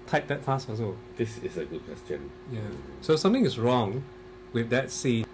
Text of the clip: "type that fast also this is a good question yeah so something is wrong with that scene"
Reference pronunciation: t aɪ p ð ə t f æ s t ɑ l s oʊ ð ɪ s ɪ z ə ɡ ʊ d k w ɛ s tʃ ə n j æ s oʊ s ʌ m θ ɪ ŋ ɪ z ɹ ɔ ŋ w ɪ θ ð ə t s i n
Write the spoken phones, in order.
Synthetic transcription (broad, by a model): t aɪ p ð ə t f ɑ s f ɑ s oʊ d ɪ s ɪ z ə ɡ ʊ d k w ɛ s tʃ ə n j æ s oʊ s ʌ m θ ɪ ŋ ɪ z ɹ ɔ ŋ w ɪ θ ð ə t s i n